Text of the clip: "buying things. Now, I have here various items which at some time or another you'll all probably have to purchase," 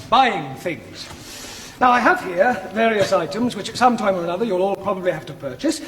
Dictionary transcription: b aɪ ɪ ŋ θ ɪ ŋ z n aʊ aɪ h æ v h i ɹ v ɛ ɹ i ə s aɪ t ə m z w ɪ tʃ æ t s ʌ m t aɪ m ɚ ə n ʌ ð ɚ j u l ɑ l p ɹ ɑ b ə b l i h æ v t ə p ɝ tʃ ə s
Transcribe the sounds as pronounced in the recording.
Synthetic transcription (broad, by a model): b aɪ ɪ ŋ θ ɪ ŋ z n aʊ aɪ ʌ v h i ɹ v ɛ ɹ i ə s aɪ t ə m z w ɪ tʃ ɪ t s ʌ m t aɪ m ɚ ə n ʌ ð ɚ j u l ɑ l p ɹ ɑ b ə b l i h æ f t ə p ɝ tʃ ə s